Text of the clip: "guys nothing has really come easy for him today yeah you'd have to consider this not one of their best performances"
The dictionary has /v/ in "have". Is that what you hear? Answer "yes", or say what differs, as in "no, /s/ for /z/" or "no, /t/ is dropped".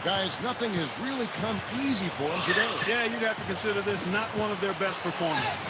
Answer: no, /f/ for /v/